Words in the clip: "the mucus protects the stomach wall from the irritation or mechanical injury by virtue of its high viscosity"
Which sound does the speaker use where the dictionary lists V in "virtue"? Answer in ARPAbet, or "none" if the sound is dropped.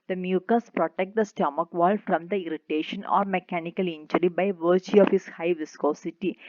V